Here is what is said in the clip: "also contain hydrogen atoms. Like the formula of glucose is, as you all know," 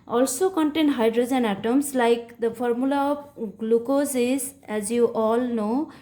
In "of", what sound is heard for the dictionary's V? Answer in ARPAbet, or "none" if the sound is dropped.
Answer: P